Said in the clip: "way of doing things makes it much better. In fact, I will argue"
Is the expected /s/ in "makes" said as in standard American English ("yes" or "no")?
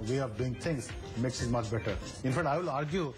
yes